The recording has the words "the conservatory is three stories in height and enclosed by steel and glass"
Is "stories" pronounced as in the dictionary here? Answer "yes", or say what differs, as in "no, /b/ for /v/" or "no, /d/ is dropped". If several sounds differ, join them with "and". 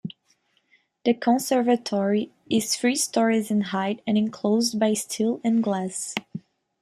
yes